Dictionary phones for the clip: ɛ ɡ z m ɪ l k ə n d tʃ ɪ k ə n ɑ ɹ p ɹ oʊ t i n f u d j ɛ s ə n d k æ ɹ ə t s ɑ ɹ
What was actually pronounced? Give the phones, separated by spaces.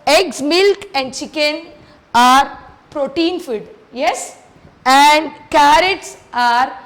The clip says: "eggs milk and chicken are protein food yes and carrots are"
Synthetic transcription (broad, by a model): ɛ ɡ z m ɪ l k ə n d tʃ ɪ k ə n ɑ ɹ p ɹ oʊ t i n f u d j ɛ s ə n d k æ ɹ ə t s ɑ ɹ